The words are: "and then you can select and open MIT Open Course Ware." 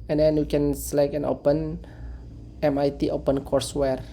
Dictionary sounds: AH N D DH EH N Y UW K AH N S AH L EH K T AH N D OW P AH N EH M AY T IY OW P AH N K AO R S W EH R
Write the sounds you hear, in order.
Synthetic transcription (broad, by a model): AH N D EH N Y UW K AH N S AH L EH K AH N OW P AH N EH M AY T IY OW P AH N K AO R S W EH R